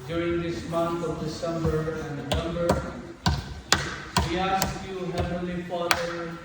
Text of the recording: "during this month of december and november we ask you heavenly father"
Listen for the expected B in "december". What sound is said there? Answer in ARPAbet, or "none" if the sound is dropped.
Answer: B